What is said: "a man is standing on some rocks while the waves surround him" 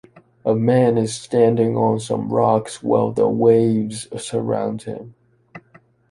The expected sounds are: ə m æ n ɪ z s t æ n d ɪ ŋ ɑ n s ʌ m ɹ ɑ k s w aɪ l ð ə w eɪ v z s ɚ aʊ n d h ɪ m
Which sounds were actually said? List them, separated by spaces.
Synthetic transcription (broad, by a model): ə m æ n ɪ z s t æ n d ɪ ŋ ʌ n s ʌ m ɹ ɑ k s w aɪ l ð ə w eɪ v z s ɚ aʊ n d h ɪ m